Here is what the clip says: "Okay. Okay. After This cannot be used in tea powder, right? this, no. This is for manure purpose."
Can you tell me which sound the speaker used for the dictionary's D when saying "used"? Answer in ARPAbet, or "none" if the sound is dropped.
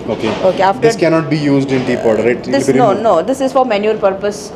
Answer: D